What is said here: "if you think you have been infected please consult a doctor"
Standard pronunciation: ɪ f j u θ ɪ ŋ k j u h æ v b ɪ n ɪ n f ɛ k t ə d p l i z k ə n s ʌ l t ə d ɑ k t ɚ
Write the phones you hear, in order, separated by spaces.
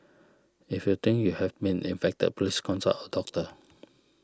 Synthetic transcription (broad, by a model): ɪ f j u t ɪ ŋ k j u h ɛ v b ɪ n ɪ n f ɛ k t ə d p l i s k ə n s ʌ t ə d ɑ k t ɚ